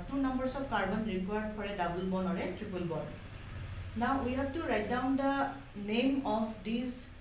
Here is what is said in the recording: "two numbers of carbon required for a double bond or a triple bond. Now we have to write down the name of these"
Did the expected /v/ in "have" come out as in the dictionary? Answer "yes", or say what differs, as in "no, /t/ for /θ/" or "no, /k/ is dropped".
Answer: no, /b/ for /v/